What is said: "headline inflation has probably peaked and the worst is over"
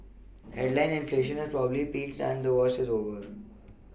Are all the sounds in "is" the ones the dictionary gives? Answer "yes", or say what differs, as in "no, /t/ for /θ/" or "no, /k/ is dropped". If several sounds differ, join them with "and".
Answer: yes